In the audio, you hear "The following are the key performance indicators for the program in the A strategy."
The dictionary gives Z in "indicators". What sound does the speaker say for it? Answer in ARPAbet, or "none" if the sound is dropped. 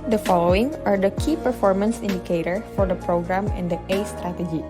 none